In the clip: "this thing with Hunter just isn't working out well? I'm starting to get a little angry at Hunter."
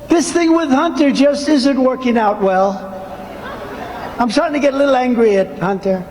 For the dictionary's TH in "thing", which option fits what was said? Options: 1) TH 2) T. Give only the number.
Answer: 1